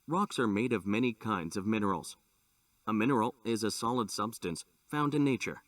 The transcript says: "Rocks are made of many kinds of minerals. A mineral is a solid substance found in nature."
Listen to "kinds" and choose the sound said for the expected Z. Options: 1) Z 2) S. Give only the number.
1